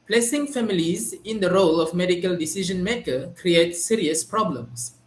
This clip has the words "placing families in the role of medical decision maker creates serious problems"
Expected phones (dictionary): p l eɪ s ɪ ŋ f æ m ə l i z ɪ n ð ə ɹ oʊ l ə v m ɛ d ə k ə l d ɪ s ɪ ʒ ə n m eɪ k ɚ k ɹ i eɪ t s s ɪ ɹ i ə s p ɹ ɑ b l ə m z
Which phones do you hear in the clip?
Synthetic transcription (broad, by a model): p l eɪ s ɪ ŋ f æ m ə l i z ɪ n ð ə ɹ oʊ l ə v m ɛ d ə k ə l d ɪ s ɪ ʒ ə n m eɪ k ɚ k ɹ i eɪ t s s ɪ ɹ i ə s p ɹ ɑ b l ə m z